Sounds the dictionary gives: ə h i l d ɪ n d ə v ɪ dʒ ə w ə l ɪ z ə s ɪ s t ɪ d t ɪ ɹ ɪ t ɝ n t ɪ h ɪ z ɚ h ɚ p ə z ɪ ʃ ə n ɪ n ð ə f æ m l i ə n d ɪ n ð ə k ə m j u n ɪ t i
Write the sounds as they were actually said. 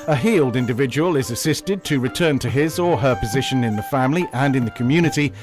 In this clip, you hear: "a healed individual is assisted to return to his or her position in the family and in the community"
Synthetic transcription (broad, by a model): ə h i l d ɪ n d ə v ɪ dʒ ə w ə l ɪ z ə s ɪ s t ɪ d t ɪ ɹ ɪ t ɝ n t ɪ ɪ z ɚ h ɚ p ə z ɪ ʃ ə n ɪ n ð ə f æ m l i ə n ɪ n ð ə k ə m j u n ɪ t i